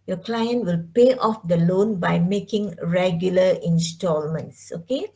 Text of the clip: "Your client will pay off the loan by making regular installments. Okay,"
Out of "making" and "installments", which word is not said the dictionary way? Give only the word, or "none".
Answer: none